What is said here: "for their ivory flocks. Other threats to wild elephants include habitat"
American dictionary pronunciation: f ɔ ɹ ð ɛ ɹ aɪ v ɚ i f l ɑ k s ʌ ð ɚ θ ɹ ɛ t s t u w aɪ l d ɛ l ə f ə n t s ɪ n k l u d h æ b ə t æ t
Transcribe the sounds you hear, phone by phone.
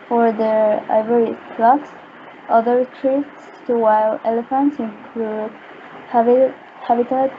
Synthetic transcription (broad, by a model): f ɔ ɹ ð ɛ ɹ aɪ v ɚ i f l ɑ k s ʌ ð ɚ t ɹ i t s t u w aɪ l ɛ l ə f ə n t s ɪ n k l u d h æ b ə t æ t